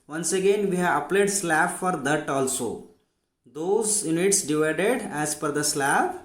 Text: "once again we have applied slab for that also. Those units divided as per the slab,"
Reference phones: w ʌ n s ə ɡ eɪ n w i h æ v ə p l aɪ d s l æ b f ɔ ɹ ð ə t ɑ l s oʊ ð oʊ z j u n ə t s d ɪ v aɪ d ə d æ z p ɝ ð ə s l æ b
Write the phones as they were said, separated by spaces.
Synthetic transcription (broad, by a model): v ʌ n s ə ɡ eɪ n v i h æ v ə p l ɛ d s l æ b f ɔ ɹ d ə t ɑ l s oʊ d oʊ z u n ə t s d ɪ v aɪ d ə d æ z f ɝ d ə s l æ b